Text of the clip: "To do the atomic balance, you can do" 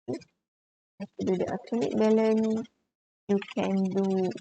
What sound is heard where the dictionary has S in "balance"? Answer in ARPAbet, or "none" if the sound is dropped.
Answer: none